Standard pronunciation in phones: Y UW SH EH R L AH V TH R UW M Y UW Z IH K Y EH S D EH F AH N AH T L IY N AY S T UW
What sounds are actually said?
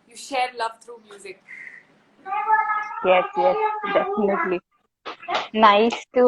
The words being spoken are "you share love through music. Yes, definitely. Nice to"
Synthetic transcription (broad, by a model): Y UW SH EH R L AH V T R UW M Y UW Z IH K Y EH S D EH F AH N AH T L IY N AY S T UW